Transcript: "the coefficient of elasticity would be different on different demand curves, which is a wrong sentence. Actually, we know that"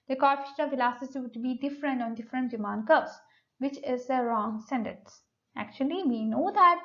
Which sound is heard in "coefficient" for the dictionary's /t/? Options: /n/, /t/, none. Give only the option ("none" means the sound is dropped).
none